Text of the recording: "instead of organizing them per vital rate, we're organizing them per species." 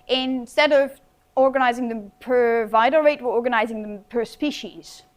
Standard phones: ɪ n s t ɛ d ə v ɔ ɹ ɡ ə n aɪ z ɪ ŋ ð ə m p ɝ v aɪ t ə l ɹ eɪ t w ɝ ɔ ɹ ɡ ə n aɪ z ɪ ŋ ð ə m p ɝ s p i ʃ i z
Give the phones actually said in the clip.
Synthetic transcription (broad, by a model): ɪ n s t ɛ d ə v ɔ ɹ ɡ ə n aɪ z ɪ ŋ ð ə m p ɝ v aɪ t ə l ɹ eɪ t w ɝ ɔ ɹ ɡ ə n aɪ z ɪ ŋ ð ə m p ɝ s p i ʃ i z